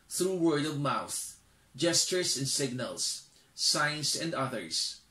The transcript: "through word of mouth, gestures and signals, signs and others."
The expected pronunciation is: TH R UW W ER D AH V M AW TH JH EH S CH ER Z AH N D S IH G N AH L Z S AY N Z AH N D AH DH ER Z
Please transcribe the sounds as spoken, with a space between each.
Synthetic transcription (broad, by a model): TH R UW W ER D AH V M AW TH JH EH S CH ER S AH N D S IH G N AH L S AY N S AH N D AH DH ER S